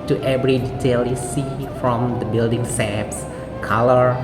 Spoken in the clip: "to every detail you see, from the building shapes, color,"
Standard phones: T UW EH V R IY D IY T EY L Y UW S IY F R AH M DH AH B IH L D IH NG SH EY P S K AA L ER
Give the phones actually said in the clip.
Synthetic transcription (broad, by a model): T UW EH V R IY D IY T EY L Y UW S IY F R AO M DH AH B IH L D IH NG S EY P S K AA L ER